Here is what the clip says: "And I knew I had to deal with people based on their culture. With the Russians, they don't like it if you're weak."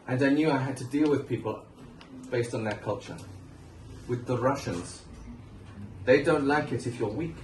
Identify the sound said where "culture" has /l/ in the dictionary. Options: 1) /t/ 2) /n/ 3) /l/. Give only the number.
3